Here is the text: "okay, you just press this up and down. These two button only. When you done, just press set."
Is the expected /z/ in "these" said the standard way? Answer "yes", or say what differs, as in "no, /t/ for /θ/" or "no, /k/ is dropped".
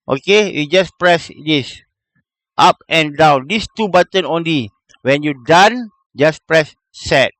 no, /s/ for /z/